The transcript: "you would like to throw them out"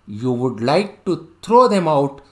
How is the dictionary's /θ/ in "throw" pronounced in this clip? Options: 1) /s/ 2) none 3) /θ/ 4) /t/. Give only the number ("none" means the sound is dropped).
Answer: 4